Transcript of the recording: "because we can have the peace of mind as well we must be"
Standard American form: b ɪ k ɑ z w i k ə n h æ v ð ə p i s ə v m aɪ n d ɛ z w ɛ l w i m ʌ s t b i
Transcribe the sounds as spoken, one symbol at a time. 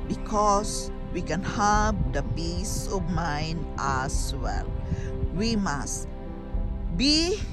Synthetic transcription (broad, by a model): b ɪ k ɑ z w i k ə n h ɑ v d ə p i s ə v m aɪ n d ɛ s w ɛ l w i m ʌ s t b i